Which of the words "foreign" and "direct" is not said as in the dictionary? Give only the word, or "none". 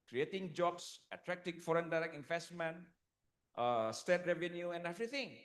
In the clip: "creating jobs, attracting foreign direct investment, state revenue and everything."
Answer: direct